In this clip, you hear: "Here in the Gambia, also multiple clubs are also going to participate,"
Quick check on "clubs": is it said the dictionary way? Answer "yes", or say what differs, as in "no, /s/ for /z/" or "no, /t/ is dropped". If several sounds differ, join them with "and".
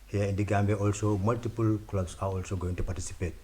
no, /s/ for /z/